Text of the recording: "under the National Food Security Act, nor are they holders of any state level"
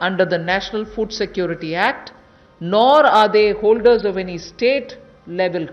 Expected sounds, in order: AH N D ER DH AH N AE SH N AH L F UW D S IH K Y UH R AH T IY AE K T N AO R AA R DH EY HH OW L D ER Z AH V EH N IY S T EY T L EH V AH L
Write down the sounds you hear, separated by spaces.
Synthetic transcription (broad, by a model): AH N D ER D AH N AE SH N AH L F UW D S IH K Y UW R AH T IY AE K T N AO R AA R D EY HH OW L D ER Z AH V EH N IY S T EY T L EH V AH L